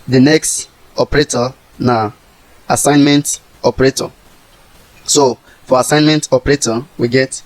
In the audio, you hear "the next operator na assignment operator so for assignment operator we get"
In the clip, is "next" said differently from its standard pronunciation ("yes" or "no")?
no